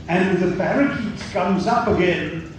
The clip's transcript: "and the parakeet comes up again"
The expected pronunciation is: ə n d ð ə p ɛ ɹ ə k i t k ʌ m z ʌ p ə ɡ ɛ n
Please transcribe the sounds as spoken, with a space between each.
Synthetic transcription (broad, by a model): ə n ð ə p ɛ ɹ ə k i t k ʌ m z ʌ p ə ɡ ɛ n